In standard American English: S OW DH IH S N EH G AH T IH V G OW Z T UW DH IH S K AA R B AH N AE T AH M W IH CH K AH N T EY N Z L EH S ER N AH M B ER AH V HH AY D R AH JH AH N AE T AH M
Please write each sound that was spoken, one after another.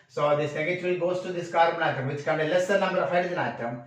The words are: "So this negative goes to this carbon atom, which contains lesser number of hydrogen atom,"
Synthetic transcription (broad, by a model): S OW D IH S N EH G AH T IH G OW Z T UW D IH S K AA R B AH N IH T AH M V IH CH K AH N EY L EH S ER N AH M B ER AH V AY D AH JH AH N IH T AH M